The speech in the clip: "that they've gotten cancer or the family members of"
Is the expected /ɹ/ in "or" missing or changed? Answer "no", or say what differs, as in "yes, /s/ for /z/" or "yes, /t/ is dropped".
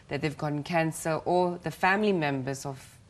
yes, /l/ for /ɹ/